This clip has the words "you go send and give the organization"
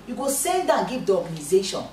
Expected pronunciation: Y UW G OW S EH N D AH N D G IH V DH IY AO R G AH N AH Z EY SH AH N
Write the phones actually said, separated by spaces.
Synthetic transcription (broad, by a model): Y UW G OW S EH L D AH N G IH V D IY AO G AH N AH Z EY SH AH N